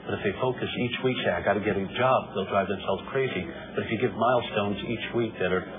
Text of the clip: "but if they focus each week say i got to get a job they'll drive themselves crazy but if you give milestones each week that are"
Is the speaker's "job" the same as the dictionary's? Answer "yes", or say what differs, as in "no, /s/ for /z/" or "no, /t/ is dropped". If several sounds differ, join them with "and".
yes